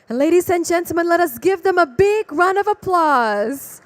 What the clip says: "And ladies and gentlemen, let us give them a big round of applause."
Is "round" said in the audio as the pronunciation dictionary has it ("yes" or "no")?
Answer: no